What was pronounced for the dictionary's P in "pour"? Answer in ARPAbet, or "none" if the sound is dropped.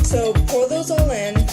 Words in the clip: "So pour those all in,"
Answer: F